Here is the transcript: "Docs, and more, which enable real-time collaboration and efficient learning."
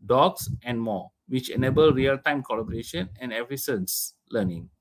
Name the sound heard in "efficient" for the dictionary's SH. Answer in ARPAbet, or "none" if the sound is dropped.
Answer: S